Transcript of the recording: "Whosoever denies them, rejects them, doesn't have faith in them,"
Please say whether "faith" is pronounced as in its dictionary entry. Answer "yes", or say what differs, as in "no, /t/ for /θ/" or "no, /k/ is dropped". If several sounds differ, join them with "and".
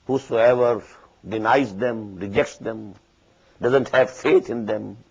no, /t/ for /θ/